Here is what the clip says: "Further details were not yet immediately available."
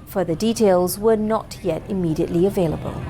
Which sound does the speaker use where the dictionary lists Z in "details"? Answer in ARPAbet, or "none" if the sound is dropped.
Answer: Z